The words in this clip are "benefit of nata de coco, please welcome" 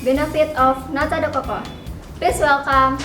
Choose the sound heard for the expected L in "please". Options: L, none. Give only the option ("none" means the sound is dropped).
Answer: none